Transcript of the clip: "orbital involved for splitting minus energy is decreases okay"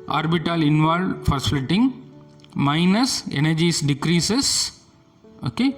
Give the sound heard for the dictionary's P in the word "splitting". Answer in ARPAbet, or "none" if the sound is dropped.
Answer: none